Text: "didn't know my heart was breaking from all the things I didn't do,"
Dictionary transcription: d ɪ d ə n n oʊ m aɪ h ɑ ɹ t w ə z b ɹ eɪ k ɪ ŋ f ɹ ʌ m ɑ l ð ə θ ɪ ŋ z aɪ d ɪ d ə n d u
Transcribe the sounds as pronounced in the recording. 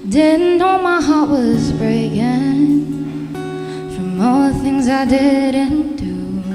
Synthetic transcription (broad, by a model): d ɪ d n n oʊ m aɪ h ɑ ɹ t w ə z b ɹ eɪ k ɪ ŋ f ɹ ʌ m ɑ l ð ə θ ɪ ŋ z aɪ d ɪ d ə n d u